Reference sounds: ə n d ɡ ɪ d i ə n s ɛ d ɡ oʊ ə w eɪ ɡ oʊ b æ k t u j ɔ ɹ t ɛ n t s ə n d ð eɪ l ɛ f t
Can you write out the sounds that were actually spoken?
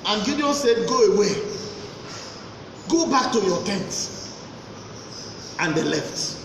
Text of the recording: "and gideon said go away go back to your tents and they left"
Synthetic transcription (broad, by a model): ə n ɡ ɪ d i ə s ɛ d ɡ oʊ ə w eɪ ɡ oʊ b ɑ k t u j ɔ t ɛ n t ə n d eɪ l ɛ f t